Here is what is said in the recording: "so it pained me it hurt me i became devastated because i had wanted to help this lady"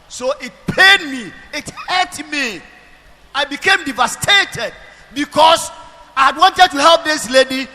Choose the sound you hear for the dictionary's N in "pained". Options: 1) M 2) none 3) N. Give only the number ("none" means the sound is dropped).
2